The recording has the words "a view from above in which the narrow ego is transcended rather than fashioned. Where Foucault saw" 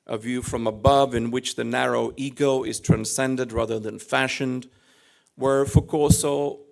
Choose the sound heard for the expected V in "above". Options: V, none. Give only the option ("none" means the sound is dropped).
V